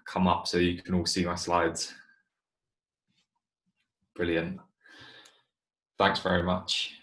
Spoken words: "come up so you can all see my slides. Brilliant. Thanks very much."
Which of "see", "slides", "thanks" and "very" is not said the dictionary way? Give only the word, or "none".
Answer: none